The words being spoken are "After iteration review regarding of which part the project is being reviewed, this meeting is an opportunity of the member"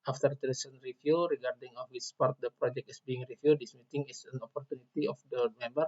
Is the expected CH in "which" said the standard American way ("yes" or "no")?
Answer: no